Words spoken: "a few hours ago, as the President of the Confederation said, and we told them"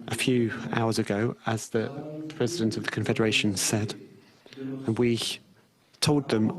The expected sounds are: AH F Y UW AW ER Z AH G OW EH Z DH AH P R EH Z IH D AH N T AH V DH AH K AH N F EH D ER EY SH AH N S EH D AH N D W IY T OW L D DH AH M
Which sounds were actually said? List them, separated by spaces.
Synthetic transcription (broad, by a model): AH F Y UW AW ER Z AH G OW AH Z DH AH P R EH Z IH D AH N T AH V DH AH K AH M F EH D ER EY SH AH N S EH D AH N W IY T OW L D DH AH M